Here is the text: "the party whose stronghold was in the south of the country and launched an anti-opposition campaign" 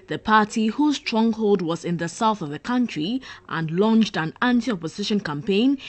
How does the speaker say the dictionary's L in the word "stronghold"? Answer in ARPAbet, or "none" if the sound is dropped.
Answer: L